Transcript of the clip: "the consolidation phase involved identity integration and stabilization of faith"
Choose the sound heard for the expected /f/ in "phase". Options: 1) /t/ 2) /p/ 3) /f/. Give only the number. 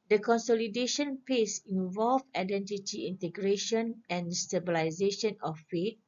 2